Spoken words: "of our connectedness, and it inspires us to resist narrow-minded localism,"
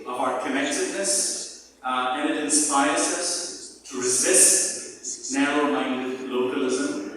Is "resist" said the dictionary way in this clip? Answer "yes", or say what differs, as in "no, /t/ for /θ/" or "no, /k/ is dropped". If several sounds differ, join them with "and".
yes